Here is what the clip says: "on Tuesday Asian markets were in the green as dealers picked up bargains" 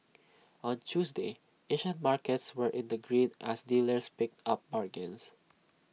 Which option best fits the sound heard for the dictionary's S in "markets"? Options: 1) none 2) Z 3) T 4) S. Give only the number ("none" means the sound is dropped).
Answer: 4